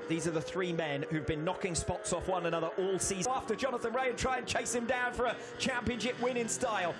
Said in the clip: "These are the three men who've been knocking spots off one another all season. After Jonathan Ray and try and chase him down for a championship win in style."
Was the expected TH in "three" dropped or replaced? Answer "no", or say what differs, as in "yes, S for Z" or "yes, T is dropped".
no